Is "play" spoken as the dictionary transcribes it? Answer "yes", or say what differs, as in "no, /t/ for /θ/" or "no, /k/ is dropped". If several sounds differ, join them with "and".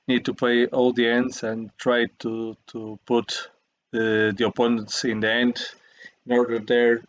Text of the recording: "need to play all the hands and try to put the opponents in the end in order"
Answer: no, /l/ is dropped